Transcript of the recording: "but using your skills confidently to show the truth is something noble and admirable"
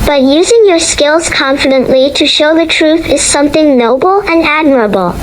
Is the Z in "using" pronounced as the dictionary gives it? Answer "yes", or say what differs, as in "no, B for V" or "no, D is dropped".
yes